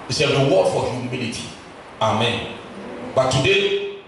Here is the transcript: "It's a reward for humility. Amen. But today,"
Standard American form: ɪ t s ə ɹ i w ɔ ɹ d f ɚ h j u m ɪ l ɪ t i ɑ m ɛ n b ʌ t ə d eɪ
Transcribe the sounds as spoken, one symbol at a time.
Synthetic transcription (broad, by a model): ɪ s ə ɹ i w ɔ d f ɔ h j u m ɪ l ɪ t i ɑ m ɛ n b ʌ t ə d eɪ